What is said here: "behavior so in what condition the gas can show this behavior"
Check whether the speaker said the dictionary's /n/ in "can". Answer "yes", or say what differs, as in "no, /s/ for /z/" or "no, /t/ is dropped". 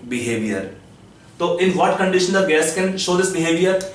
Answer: yes